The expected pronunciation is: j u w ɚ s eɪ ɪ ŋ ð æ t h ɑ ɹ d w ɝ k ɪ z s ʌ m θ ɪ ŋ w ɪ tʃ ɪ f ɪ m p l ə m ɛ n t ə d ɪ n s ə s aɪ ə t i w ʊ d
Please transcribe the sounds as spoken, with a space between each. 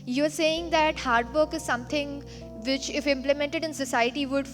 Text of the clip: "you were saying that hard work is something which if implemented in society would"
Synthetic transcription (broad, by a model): j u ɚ s eɪ ɪ ŋ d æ t h ɑ ɹ d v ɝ k ɪ z s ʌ m t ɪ ŋ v ɪ tʃ ɪ f ɪ m p l ə m ɛ n t ə d ɪ n s ə s aɪ ə t i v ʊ d